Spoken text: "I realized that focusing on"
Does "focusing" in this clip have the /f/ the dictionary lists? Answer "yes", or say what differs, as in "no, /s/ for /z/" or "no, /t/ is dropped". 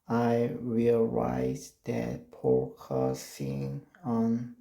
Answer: no, /p/ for /f/